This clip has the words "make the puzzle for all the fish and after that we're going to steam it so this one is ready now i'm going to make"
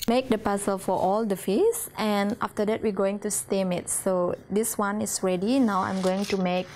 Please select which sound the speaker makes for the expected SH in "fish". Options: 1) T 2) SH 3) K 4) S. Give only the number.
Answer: 4